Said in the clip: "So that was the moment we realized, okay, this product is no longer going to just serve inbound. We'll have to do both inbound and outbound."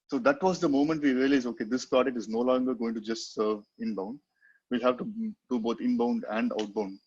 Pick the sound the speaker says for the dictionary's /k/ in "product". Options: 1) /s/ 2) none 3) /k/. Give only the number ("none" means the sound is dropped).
2